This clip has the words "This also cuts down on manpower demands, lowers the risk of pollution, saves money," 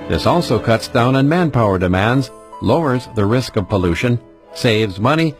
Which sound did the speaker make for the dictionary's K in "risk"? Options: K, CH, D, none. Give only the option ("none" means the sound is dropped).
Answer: K